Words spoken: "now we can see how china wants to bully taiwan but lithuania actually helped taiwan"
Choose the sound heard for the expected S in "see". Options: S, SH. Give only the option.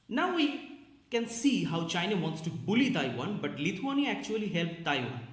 S